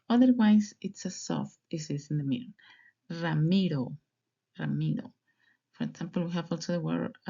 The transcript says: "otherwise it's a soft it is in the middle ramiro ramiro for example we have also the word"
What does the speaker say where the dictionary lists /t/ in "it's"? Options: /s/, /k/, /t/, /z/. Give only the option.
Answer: /t/